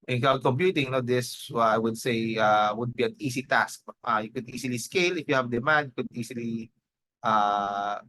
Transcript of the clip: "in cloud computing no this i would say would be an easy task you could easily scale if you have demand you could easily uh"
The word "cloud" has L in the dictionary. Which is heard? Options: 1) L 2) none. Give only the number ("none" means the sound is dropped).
2